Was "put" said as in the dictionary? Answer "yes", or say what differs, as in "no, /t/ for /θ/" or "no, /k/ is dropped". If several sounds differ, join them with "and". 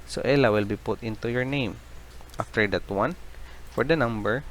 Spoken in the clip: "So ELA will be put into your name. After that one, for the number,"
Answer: yes